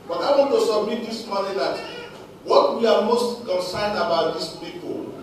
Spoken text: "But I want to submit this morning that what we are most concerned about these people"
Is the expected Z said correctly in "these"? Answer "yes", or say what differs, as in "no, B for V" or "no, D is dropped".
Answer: no, S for Z